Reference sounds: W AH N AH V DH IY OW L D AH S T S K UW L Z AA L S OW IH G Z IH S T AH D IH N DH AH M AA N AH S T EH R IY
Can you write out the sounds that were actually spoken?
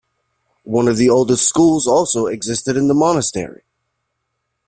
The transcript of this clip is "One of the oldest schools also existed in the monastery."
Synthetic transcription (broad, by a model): W AH N AH V DH IY OW L D AH S T S K UW L Z AA L S OW IH G Z IH S T AH D IH N DH AH M AA N AH S T EH R IY